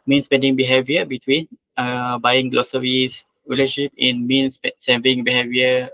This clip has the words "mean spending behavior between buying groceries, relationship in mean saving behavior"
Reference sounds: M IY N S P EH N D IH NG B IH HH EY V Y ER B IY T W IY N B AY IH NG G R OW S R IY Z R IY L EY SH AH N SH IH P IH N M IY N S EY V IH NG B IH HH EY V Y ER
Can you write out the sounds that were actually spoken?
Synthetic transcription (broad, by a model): M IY N S P EH N D IH NG B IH HH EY V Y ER B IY T W IY N B AY IH NG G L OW S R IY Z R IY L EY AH SH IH P IH N M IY N S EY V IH NG B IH HH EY V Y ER